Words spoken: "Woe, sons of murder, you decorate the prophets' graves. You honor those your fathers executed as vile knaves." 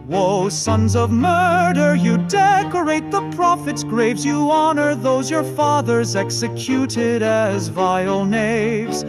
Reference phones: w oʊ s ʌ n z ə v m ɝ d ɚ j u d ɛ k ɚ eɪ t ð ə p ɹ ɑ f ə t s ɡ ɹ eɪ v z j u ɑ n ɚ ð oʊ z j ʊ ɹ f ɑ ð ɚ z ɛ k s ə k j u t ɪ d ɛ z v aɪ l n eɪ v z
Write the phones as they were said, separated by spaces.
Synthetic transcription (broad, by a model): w oʊ s ʌ n z ə v m ɝ d ɚ j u d ɛ k ɚ eɪ t ð ə p ɹ ɑ f ə t s ɡ ɹ eɪ v z j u ɑ n ɚ ð oʊ z j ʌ ɹ f ɑ ð ɚ z ɛ k s ə k j u t ɪ d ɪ z v aɪ l n eɪ v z